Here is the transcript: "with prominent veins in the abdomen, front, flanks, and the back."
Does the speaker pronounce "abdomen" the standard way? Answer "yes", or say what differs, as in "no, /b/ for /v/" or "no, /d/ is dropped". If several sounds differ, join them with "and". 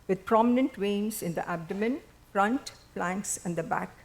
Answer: yes